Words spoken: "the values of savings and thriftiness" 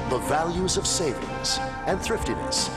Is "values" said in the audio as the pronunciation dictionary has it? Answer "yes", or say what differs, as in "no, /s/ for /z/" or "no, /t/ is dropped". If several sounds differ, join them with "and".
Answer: yes